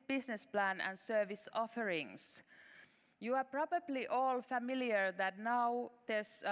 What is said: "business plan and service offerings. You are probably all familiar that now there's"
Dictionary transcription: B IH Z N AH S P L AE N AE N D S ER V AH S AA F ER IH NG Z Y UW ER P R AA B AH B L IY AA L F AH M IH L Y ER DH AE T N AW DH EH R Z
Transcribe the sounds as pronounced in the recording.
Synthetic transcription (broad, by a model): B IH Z N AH S P L AE N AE N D S ER V AH S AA F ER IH NG S Y UW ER P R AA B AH B L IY AA L F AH M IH L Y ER DH AE T N AW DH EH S